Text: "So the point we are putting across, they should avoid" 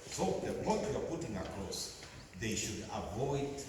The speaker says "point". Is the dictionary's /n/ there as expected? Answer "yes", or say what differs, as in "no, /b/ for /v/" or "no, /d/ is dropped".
no, /n/ is dropped